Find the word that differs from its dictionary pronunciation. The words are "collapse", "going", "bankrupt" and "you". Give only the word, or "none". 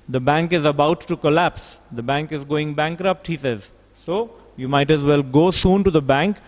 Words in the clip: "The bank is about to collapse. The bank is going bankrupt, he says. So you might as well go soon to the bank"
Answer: none